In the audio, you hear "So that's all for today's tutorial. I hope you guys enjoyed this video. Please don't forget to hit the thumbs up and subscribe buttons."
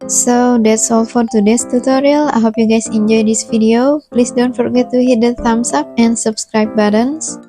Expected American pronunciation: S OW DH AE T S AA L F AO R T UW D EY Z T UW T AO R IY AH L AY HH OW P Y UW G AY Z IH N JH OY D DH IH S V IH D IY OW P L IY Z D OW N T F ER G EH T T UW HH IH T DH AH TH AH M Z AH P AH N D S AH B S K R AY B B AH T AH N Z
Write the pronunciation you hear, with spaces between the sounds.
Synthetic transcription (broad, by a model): S OW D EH T S AA L F AO R T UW D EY S T UW T AO R IY AH L AY HH OW P Y UW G AY S IH N JH OY D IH S F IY D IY OW P L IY S D OW N T F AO G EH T T UW HH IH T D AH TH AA M S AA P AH N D S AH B S K R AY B B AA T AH N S